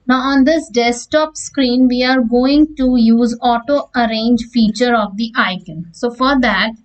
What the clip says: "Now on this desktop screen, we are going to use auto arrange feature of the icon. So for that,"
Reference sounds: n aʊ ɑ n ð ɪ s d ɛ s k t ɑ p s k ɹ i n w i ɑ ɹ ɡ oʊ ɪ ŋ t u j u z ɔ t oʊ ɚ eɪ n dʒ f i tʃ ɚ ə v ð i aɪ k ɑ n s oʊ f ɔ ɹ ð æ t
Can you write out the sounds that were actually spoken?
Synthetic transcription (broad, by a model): n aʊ ɑ n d ɪ s d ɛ s t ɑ p s k ɹ i n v i ɑ ɹ ɡ oʊ ɪ ŋ t u j u z ɔ t oʊ ɚ eɪ n dʒ f i tʃ ɚ ə v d i aɪ k ɑ n s oʊ f ɔ ɹ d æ t